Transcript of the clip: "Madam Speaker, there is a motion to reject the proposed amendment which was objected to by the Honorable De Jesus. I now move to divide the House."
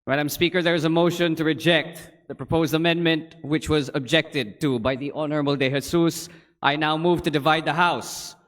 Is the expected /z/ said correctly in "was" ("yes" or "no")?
yes